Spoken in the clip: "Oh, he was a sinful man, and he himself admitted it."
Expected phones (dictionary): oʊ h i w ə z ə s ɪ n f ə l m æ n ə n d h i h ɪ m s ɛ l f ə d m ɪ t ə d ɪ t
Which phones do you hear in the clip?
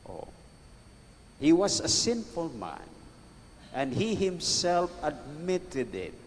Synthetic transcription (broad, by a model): oʊ h i w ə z ə s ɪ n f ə l m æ n ə n d h i h ɪ m s ɛ l f ə d m ɪ t ə d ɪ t